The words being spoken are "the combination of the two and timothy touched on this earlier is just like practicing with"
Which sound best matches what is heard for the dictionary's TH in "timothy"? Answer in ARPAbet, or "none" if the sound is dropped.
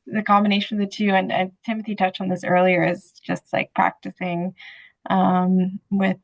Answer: TH